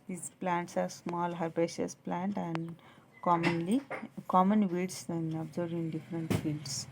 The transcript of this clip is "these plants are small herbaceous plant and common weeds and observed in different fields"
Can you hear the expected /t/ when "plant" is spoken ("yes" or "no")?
yes